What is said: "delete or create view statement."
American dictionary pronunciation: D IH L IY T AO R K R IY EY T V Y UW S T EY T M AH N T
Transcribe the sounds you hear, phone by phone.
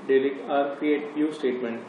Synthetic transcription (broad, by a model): D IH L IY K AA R K R IY EY T P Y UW S T EY T M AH N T